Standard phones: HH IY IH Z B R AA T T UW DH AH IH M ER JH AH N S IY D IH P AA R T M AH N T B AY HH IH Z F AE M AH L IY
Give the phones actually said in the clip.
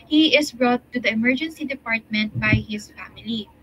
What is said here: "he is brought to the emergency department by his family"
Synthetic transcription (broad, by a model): HH IY IH S B R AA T T UW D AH IH M ER JH AH N S IY D IH P AA R T M AH N T B AY HH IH S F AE M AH L IY